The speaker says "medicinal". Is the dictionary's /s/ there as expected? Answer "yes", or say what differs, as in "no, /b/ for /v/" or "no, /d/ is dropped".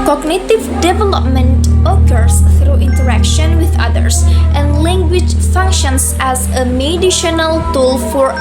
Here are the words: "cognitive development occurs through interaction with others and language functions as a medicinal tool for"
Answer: no, /ʃ/ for /s/